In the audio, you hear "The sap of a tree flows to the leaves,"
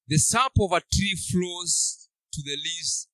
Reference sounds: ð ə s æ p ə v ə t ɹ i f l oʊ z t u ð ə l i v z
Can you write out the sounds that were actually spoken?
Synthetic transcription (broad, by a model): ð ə s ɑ p ə v ə t ɹ i f l oʊ z t u ð ə l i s